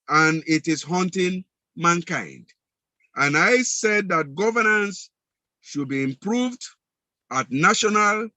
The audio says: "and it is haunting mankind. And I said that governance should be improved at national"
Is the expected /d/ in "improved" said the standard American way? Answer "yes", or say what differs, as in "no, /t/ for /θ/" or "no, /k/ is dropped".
yes